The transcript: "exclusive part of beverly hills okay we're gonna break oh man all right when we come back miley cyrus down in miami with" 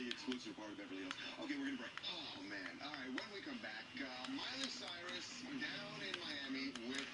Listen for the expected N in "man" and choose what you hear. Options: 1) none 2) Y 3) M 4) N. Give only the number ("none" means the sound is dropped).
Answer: 4